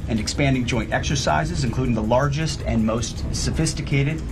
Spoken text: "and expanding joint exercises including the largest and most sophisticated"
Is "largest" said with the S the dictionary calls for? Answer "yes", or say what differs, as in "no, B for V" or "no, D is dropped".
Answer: yes